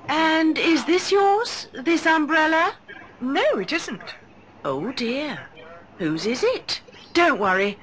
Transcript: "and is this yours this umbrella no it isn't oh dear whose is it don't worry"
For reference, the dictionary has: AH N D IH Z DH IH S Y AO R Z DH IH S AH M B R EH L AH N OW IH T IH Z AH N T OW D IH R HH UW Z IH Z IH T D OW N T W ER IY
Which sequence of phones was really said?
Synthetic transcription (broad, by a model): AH N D IH Z DH IH S Y AO R Z DH IH S AH M B R EH L AH N OW IH T IH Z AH N T OW D IH R HH UW Z IH Z IH T D OW N T W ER IY